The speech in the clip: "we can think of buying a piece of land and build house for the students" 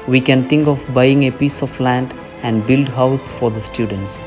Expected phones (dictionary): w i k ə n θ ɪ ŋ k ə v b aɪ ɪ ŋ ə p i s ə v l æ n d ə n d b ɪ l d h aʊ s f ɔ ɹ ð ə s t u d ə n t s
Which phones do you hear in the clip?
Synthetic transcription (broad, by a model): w i k ə n t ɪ ŋ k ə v b aɪ ɪ ŋ ə p i s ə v l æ n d ə n d b ɪ l d h aʊ s f ɔ ɹ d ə s t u d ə n t s